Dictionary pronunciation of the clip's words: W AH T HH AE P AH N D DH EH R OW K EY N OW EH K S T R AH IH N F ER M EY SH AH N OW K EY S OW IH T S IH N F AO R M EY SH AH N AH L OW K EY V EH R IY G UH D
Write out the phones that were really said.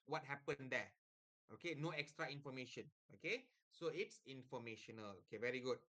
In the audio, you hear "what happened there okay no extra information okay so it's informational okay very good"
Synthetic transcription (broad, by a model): W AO T HH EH P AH N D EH OW K EY N OW EH K S T R AH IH N F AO M EY SH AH N OW K EY S OW IH T S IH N F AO M EY SH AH N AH L OW K EY V EH R IY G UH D